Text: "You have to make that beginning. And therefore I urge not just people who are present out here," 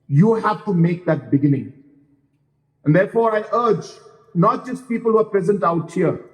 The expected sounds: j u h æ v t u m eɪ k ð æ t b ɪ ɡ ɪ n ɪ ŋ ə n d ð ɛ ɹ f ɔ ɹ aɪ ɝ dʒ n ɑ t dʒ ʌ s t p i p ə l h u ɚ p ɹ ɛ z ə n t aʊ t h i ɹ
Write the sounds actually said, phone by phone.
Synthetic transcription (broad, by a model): j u h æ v t u m eɪ k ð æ t b ɪ ɡ ɪ n ɪ ŋ ə n d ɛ ɹ f ɔ ɹ aɪ ɝ dʒ n ɑ t dʒ ʌ s t p i p ə l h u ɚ p ɹ ɛ z ə n t aʊ t h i ɹ